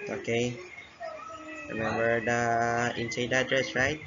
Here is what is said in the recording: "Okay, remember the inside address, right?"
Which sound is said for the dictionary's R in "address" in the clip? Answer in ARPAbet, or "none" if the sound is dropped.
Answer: R